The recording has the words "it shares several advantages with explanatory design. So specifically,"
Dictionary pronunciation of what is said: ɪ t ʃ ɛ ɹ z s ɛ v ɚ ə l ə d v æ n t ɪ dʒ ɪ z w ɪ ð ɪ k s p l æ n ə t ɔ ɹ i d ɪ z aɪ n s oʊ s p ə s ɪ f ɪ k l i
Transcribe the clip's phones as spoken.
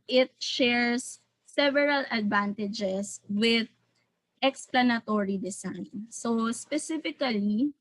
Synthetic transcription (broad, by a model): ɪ t ʃ ɛ ɹ s ɛ v ɚ ə l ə d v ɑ n t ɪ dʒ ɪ s w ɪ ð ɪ k s p l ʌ n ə t ɔ ɹ i d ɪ s aɪ n s oʊ s p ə s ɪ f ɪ k l i